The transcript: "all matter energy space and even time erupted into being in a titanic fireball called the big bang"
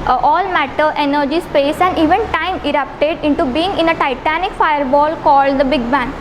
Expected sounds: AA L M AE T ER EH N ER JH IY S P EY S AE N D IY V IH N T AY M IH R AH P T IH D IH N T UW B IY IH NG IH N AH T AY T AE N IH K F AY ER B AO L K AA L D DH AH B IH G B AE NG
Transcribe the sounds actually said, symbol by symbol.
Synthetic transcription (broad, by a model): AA L M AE T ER EH N ER JH IY S P EY S AE N D IY V IH N T AY M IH R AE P T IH D IH N T UW B IY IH NG IH N AH T AY T AE N IH K F AY ER B AO L K AA L D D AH B IH G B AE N